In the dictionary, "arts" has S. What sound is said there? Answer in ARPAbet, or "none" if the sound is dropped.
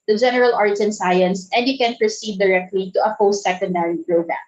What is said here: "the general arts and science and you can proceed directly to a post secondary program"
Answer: none